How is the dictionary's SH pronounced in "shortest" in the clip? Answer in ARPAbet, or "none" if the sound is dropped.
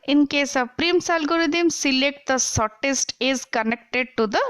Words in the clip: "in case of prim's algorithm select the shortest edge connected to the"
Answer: S